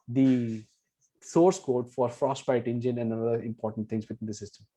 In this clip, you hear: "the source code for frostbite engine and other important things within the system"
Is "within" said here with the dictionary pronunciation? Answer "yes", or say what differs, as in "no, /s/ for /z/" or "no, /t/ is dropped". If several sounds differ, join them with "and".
no, /t/ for /θ/